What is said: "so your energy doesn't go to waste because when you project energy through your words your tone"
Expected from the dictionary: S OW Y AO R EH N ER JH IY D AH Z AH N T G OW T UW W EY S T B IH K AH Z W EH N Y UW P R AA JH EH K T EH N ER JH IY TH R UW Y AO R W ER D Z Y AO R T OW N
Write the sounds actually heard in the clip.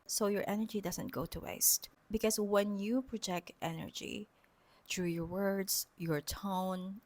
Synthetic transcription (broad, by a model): S OW Y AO R EH N ER JH IY D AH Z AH N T G OW T UW W EY S T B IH K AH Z W EH N Y UW P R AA JH EH K T EH N ER JH IY T R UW Y AO R W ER D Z Y AO R T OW N